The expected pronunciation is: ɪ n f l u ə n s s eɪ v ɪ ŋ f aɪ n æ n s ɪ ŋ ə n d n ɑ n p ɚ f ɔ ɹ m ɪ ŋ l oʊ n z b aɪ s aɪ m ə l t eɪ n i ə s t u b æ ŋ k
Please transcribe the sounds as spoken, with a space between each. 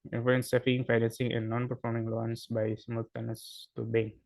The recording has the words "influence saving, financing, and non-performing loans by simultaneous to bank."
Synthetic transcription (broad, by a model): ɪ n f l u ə n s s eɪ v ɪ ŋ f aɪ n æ n s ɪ ŋ ə n d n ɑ n p ɚ f ɔ ɹ m ɪ ŋ l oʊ n s b aɪ s m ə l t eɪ n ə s t u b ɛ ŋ